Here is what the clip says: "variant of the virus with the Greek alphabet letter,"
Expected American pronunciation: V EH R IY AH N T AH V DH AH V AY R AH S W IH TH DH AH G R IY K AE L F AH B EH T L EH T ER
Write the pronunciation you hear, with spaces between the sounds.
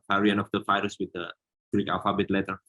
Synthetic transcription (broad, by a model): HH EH R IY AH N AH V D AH F AY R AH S W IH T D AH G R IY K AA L F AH B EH T L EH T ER